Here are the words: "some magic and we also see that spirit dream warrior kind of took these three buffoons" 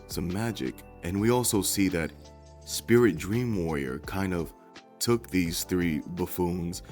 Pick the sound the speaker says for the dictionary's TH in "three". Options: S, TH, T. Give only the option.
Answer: TH